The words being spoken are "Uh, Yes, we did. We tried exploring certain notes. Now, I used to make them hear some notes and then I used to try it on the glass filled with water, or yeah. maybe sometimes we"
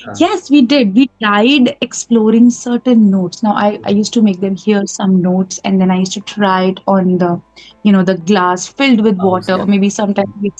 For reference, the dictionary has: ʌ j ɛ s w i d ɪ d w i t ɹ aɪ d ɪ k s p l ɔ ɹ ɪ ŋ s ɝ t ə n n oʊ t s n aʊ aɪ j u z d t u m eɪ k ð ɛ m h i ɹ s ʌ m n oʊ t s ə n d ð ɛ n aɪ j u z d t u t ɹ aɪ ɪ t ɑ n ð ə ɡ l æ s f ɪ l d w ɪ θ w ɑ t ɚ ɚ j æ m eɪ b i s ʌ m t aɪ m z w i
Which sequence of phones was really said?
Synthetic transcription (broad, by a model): j ɛ s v i d ɪ d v i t aɪ d ɪ k s p l ɔ ɹ ɪ ŋ s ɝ t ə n n oʊ t s n aʊ aɪ j u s t u m eɪ k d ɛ m h i ɹ s ʌ m n oʊ t s ə n d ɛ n aɪ j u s t u t ɹ aɪ ɪ t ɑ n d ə ɡ l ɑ s f ɪ l d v ɪ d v ɑ t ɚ ɚ m eɪ b i s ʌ m t aɪ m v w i